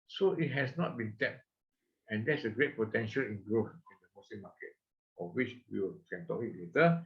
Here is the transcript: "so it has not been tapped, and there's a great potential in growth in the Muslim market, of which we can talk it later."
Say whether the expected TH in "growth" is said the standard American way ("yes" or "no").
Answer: no